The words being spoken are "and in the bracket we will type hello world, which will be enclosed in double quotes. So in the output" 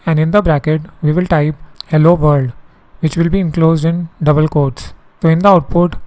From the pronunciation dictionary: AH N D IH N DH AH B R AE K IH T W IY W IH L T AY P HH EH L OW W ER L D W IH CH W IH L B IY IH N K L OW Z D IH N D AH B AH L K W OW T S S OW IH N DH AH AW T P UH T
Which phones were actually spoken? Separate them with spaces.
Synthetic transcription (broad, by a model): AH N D IH N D AH B R AE K IH T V IY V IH L T AY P HH EH L OW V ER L D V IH CH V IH L B IY IH N K L OW Z D IH N D AH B AH L K OW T S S OW IH N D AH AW T P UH T